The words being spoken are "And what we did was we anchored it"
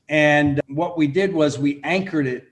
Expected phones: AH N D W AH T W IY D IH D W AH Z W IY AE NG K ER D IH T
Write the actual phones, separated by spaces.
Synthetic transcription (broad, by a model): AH N W AH T W IY D IH D W AH Z W IY AE NG K ER D IH T